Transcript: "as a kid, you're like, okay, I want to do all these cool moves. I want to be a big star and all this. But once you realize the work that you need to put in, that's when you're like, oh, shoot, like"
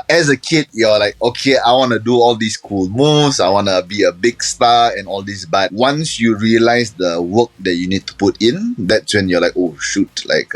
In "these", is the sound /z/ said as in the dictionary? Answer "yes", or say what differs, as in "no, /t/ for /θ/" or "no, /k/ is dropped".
no, /s/ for /z/